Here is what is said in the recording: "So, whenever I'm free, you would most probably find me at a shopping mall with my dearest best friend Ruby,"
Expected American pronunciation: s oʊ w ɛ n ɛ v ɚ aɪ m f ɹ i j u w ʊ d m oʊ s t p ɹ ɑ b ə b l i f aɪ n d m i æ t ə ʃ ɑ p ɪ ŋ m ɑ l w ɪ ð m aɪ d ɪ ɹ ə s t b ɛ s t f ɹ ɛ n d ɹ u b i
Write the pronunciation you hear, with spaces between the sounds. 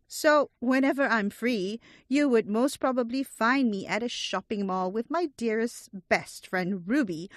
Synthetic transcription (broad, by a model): s oʊ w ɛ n ɛ v ɚ aɪ m f ɹ i j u w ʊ d m oʊ s t p ɹ ɑ b ə b l i f aɪ n d m i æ t ə ʃ ɑ p ɪ ŋ m ɑ l w ɪ ð m aɪ d ɪ ɹ ə s t b ɛ s t f ɹ ɛ n d ɹ u b i